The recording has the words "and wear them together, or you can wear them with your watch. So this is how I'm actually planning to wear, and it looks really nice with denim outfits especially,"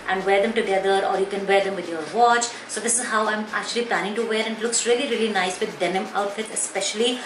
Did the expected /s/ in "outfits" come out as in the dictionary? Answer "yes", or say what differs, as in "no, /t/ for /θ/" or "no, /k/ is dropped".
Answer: no, /s/ is dropped